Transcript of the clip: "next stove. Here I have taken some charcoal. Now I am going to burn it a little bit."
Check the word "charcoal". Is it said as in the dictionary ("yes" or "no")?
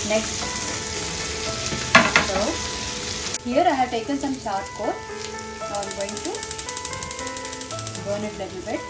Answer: no